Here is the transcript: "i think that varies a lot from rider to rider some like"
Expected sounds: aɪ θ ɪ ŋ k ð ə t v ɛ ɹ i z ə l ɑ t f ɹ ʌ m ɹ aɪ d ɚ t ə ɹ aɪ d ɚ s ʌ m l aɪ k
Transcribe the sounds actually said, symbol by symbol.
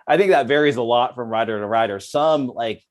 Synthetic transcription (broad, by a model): aɪ θ ɪ ŋ k ð ə t v ɛ ɹ i z ə l ɑ t f ɹ ʌ m ɹ aɪ d ɚ t ə ɹ aɪ d ɚ s ʌ m l aɪ k